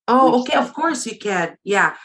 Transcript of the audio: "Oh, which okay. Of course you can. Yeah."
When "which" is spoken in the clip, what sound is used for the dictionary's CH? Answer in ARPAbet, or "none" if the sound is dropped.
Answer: none